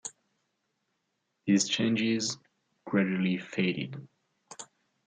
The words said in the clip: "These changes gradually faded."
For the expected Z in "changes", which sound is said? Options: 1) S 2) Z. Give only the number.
2